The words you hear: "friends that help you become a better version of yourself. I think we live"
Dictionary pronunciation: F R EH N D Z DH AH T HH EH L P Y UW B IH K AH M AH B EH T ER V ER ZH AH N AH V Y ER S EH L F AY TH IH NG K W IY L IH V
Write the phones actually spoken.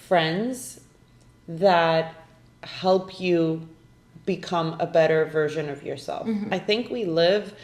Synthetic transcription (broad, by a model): F R EH N D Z DH AH T HH EH L P Y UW B IH K AH M AH B EH T ER V ER ZH AH N AH V Y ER S EH L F AY TH IH NG K W IY L IH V